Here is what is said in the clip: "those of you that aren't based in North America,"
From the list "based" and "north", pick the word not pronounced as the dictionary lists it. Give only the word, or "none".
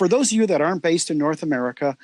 none